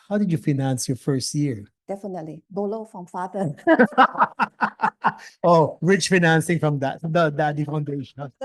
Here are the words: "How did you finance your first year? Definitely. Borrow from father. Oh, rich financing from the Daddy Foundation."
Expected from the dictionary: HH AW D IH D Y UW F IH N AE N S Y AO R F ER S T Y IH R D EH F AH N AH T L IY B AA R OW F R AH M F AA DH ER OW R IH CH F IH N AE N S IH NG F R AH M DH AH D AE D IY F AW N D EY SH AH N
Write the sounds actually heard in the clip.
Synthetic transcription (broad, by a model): HH AW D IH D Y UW F IH N AE N S Y AO R F ER S T Y IH R D EH F AH N AH T L IY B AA L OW F R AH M F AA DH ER OW R IH CH F IH N AE N S IH NG F R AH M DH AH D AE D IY F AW N D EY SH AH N